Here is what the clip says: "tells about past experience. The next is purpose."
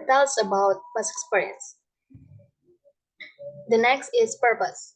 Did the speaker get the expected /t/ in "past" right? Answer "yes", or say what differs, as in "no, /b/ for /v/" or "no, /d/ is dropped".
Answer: no, /t/ is dropped